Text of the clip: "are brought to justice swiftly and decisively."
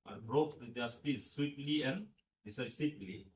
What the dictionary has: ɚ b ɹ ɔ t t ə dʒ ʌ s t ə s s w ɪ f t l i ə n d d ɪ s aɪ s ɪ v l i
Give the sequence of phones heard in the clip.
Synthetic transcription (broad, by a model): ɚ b ɹ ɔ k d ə dʒ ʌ s t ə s s w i t l i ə n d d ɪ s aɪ s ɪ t l i